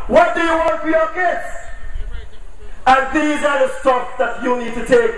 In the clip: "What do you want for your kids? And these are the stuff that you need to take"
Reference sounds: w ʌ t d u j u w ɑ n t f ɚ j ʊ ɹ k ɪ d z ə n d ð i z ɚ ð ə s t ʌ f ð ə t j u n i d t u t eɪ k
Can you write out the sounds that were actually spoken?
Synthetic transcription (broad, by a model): w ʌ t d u j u w ɑ n t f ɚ j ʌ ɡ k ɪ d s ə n ð i z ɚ ð ə s t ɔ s ð ə t j u n i d t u t eɪ k